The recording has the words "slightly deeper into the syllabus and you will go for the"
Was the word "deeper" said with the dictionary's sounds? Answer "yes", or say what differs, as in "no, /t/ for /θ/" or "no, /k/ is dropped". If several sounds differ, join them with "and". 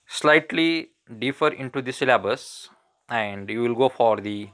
no, /f/ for /p/